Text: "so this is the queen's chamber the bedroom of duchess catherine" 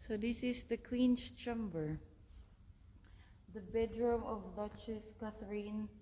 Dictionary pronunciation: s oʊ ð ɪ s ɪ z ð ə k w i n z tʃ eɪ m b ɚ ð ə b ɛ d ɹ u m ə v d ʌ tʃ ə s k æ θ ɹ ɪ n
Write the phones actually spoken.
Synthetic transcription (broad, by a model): s oʊ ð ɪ s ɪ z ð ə k w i n s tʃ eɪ m b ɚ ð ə b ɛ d ɹ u m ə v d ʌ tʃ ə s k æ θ ɹ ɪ n